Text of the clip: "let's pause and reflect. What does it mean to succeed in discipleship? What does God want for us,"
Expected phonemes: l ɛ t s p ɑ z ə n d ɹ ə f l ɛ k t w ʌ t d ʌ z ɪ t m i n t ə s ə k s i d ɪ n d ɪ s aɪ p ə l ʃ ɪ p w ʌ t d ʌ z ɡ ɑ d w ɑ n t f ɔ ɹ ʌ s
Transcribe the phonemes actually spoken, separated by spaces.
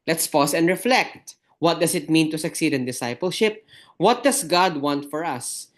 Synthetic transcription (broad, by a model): l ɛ t s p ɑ s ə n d ɹ ə f l ɛ k t w ʌ t d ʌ s ɪ t m i n t ə s ə k s i d ɪ n d ɪ s aɪ p ə l ʃ ɪ p w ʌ t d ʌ s ɡ ɑ d w ɑ n t f ɔ ɹ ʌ s